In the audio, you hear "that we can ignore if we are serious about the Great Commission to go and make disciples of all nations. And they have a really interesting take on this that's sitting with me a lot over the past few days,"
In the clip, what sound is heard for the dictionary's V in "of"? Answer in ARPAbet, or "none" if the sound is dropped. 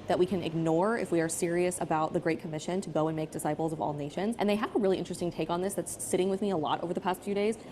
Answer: V